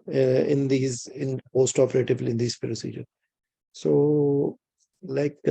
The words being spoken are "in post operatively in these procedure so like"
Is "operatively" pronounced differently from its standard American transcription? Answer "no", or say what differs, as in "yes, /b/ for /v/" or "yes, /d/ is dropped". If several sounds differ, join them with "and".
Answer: yes, /b/ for /v/